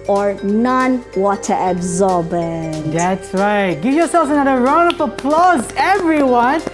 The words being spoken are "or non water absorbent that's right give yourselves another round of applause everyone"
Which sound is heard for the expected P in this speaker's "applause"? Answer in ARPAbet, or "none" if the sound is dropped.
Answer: P